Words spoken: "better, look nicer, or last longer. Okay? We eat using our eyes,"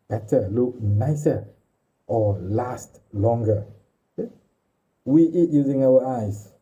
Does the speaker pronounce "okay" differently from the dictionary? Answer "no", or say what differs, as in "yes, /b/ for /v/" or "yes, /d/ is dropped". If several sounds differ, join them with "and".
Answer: yes, /k/ is dropped